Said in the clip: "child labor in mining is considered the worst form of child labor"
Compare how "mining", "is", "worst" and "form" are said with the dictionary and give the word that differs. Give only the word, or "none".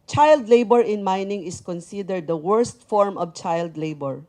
is